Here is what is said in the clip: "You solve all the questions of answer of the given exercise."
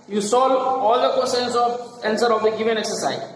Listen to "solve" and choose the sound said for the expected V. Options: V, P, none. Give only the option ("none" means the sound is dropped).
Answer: none